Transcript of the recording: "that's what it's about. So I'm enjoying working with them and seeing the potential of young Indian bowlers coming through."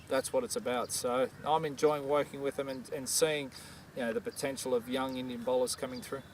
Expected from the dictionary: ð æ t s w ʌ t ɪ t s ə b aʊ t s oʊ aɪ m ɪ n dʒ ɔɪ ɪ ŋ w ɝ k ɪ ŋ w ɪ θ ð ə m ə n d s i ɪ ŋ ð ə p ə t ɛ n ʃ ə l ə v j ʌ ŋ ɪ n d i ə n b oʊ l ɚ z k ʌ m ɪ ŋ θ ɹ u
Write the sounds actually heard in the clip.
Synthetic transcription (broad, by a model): ð æ t s w ʌ t ɪ t s ə b aʊ t s oʊ aɪ m ɪ n dʒ ɔɪ ɪ ŋ w ɝ k ɪ ŋ w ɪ ð ə m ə n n s i ɪ ŋ ð ə p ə t ɛ n ʃ l ə v j ʌ ŋ ɪ n d i ə n b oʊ l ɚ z k ʌ m ɪ ŋ θ ɹ u